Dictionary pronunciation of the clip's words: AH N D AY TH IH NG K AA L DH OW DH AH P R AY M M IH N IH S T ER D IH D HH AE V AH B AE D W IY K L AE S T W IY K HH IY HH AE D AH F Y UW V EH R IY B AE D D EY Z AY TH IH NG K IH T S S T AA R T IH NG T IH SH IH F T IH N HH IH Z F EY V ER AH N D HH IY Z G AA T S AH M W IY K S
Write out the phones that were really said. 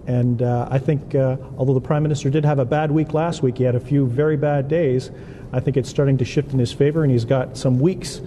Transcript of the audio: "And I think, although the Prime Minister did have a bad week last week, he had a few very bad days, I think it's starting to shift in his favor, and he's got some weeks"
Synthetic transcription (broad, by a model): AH N AY TH IH NG K AA L DH OW DH AH P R AY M M IH N IH S T ER D IH D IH V AH B AE D W IY K L AE S T W IY K HH IY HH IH D AH F Y UW V EH R IY B AE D D EY Z AY TH IH NG K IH T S S T AA R T IH NG T IH SH IH F T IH N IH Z F EY V ER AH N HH IY Z G AA T S AH M W IY K S